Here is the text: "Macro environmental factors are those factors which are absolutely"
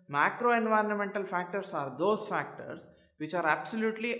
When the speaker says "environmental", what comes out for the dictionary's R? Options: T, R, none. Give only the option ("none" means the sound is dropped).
R